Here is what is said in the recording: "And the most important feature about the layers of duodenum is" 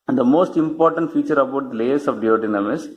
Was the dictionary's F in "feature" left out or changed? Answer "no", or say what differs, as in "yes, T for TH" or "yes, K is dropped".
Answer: no